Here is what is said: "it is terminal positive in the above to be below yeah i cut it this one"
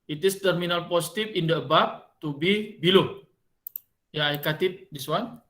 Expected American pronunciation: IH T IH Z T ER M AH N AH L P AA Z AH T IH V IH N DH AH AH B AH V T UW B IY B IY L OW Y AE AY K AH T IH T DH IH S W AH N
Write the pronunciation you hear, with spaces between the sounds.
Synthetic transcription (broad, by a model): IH T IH S T ER M AH N AH L P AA S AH T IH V IH N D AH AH B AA P T UW B IY B IY L OW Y AY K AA T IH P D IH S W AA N